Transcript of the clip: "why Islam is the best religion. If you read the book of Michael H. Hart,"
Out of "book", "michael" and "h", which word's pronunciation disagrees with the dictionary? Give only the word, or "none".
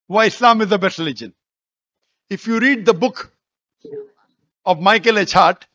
none